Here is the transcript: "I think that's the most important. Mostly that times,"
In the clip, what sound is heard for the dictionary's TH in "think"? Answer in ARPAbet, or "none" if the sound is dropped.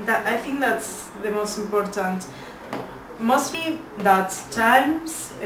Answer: TH